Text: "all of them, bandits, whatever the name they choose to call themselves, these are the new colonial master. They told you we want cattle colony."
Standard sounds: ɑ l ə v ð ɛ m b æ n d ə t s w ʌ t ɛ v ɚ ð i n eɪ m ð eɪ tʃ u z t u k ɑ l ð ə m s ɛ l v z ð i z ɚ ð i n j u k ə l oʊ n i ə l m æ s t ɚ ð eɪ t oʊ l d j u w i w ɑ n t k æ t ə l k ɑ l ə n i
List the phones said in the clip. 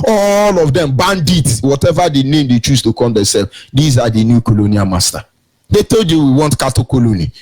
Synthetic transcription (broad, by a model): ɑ l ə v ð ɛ m b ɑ n d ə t w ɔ t ɛ v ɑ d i n eɪ m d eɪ tʃ u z t u k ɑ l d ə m s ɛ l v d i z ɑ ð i n j u k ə l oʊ n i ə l m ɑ s t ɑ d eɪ t oʊ l d j u w i w ɑ n t k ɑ t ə k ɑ l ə n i